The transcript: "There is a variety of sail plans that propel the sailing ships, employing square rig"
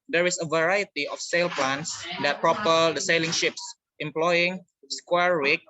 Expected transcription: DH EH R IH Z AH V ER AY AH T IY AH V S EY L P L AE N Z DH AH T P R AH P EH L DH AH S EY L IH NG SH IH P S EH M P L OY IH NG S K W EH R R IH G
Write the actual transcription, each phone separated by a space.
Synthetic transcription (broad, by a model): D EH R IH S AH V ER AY AH T IY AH F S EY L P L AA N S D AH T P R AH P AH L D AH S EY L IH NG SH IH P S EH M P L OY IH NG S K W EH R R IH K